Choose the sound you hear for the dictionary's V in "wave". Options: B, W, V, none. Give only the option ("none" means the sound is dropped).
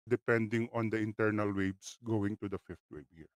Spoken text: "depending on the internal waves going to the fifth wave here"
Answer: B